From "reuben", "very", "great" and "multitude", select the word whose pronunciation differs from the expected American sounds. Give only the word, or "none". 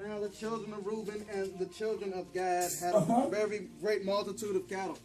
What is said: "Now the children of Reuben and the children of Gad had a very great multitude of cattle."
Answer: none